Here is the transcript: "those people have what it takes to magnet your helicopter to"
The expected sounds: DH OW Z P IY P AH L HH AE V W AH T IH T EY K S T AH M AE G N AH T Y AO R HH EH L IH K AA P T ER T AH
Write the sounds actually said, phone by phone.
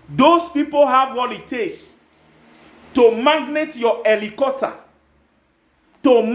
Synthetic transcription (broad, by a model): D OW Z P IY P AH L HH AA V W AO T IH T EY S T AH M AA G N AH T Y AO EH L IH K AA T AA T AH